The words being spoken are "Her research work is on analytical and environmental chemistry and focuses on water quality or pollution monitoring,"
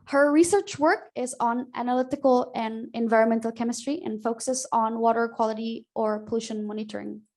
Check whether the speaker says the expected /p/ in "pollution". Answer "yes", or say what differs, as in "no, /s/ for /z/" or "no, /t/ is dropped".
yes